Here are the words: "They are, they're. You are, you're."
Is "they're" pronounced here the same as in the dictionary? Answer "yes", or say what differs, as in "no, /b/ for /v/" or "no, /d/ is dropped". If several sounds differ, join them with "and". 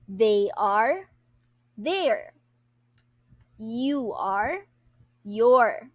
yes